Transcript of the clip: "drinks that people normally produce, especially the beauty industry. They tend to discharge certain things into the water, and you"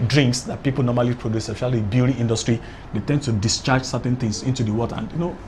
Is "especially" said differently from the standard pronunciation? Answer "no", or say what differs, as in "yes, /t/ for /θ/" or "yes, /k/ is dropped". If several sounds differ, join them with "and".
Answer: yes, /l/ is dropped